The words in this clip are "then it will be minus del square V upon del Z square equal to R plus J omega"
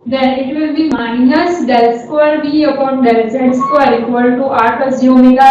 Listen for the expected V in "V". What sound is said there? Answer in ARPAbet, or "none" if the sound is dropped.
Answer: B